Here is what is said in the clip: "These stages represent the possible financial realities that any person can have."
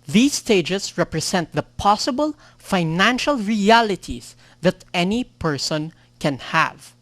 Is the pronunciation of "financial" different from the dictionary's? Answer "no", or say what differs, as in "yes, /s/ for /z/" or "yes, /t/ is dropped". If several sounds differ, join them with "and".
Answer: no